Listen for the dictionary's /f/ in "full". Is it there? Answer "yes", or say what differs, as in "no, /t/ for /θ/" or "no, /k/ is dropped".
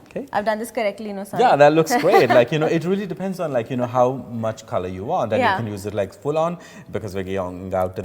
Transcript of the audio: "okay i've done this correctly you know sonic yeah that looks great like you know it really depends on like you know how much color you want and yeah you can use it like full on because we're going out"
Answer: yes